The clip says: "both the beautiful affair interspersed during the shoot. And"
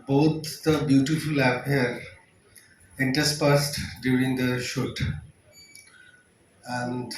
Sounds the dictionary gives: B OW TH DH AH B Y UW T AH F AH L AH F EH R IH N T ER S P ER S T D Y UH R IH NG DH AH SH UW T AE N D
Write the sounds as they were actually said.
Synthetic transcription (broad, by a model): B OW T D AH B Y UW T AH F AH L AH P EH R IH N T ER S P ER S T D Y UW R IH NG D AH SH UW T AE N D